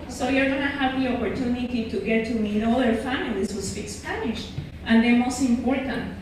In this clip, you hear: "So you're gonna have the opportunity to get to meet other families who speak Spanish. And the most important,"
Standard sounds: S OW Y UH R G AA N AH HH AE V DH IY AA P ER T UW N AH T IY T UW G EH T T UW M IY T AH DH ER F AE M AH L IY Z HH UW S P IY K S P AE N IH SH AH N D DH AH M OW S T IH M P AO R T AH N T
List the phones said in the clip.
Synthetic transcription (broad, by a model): S OW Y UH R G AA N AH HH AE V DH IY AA P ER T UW N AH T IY T UW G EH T T UW M IY T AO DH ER F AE M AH L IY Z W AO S F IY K S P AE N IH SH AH N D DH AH M OW S T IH M P AO R T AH N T